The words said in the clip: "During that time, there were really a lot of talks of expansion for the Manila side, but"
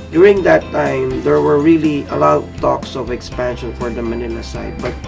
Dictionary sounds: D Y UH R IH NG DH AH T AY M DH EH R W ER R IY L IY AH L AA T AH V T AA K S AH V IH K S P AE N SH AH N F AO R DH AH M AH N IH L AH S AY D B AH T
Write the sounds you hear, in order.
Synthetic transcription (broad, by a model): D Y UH R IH NG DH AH T AY M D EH R W ER R IY L IY AH L AA T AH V T AA K S AH V IH K S P AE N SH AH N F AO R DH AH M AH N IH N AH S AY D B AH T